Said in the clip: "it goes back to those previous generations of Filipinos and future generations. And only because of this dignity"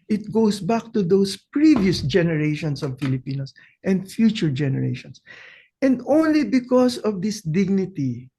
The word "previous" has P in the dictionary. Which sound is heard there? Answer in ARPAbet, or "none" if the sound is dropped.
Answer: P